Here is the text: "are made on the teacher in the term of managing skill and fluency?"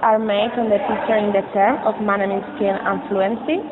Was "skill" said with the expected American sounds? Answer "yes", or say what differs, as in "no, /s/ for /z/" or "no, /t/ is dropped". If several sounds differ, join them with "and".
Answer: no, /n/ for /l/